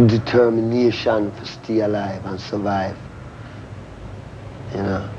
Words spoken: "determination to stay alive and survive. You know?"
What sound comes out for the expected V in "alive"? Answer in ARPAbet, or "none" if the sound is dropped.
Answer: V